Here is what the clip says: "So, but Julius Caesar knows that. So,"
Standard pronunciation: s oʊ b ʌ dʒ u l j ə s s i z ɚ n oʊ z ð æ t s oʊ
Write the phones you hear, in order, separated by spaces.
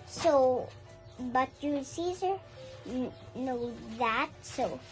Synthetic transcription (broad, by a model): s oʊ b ʌ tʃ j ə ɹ s i z ɚ n oʊ ð æ t s oʊ